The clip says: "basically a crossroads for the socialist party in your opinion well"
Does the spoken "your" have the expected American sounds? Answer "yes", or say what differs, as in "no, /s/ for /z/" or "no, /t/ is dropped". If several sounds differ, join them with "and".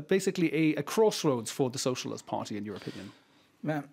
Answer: yes